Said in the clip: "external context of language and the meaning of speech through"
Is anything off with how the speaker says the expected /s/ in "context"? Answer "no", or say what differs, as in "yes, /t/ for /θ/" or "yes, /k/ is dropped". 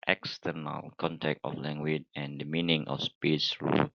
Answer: yes, /s/ is dropped